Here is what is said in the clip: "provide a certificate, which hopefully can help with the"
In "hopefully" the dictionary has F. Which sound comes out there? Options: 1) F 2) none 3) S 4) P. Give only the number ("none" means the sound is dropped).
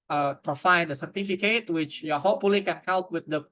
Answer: 2